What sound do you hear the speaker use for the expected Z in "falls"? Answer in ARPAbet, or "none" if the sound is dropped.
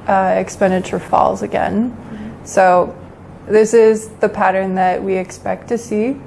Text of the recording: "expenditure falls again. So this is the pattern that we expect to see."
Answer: Z